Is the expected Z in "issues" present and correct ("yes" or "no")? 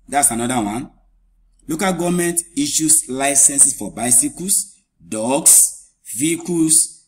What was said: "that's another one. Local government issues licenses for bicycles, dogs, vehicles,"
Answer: no